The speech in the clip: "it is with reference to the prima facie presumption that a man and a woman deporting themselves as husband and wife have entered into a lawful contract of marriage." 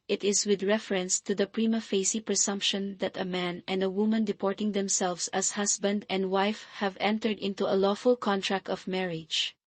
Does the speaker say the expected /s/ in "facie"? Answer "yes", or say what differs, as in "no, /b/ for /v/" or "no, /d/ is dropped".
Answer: yes